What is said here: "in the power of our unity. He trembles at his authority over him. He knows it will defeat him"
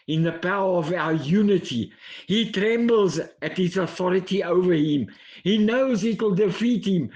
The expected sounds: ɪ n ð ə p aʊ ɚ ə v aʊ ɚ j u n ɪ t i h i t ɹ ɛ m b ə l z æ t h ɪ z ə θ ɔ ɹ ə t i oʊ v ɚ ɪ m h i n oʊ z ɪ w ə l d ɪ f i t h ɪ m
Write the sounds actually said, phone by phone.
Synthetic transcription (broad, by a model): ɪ n ð ə p aʊ ɚ ə v aʊ ɚ j u n ɪ t i h i t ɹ ɛ m b l z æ t h ɪ z ə θ ɔ ɹ ə t i oʊ v ɚ ɪ m h i n oʊ z ɪ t l d ɪ f i t h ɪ m